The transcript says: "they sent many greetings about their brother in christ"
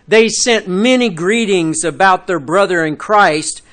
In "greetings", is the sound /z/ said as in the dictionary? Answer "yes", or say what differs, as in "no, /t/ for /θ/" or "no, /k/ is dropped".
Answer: yes